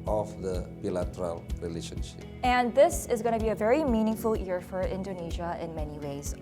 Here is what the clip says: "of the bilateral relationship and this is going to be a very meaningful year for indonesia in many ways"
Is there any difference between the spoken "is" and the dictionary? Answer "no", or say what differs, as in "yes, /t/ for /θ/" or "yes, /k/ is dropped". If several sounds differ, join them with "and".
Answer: no